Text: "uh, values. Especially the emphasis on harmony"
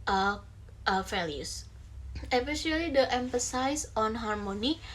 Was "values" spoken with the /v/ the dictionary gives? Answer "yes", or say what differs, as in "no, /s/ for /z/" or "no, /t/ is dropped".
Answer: no, /f/ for /v/